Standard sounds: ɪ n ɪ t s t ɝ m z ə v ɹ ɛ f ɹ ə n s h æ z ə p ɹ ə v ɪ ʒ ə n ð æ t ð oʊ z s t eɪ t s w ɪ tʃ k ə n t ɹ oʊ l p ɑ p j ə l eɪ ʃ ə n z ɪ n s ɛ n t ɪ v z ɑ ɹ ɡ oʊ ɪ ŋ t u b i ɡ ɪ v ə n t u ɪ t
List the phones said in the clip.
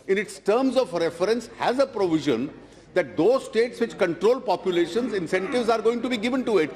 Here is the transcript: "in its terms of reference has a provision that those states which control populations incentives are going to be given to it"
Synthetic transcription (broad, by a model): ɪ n ɪ t s t ɝ m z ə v ɹ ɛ f ɹ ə n s h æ z ə p ɹ ə v ɪ ʒ ə n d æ t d oʊ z s t eɪ t s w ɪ tʃ k ə n t ɹ oʊ l p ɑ p j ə l eɪ ʃ ə n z ɪ n s ɛ n t ɪ v z ɑ ɹ ɡ oʊ ɪ ŋ t u b i ɡ ɪ v ə n t u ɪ t